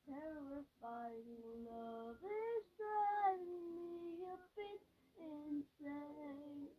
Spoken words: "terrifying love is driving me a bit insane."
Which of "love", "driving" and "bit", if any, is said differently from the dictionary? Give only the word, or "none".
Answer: driving